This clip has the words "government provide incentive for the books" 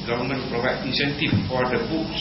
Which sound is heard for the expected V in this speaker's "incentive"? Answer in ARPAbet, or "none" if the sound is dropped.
F